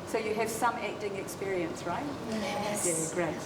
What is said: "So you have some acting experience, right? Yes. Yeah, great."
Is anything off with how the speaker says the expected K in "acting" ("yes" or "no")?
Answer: no